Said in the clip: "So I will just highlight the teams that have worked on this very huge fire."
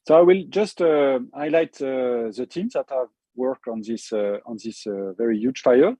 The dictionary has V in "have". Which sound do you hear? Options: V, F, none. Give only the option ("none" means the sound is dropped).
V